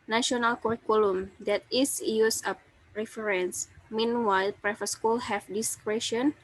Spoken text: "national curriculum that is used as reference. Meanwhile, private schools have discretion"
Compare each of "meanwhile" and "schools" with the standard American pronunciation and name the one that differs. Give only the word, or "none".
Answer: schools